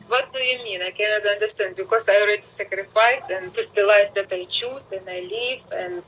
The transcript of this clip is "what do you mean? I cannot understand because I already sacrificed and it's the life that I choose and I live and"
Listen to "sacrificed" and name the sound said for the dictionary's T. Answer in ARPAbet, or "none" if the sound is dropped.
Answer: none